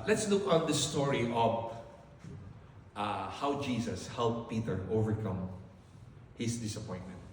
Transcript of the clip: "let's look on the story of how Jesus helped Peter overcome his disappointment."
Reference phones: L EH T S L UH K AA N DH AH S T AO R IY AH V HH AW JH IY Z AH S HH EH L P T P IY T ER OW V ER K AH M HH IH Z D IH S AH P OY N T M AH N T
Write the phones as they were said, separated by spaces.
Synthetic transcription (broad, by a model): L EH T S L UH K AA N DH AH S T AO R IY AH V HH AW JH IY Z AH S HH EH L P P IY T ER OW V ER K AH M HH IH S D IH S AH P OY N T M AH N T